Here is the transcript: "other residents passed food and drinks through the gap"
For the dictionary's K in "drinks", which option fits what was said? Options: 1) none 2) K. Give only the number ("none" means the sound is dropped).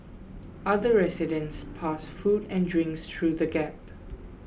2